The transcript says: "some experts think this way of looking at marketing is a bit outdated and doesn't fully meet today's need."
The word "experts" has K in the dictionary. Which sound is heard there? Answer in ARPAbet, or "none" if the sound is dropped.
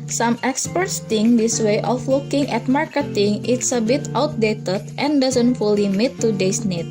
K